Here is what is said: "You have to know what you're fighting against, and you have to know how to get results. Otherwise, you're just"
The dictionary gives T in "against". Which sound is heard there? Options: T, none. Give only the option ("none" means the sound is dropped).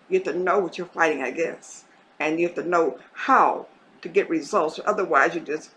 none